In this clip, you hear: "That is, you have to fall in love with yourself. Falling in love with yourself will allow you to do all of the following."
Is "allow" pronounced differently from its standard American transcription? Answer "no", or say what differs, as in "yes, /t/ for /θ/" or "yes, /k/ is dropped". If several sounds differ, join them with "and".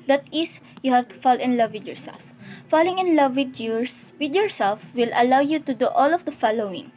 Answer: no